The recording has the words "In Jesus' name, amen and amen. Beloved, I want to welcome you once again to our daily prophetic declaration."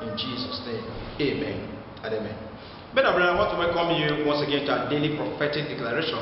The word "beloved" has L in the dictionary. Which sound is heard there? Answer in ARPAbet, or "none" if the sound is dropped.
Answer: N